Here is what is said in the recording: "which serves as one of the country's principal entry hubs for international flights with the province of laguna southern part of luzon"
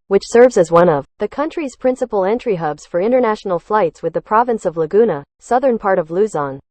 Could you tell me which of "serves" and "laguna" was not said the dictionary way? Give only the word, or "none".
none